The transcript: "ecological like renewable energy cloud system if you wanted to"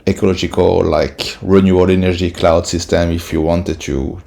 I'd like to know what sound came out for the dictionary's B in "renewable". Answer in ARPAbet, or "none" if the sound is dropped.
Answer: none